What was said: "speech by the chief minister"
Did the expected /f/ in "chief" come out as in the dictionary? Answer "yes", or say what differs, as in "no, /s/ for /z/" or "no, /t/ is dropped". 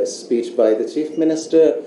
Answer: yes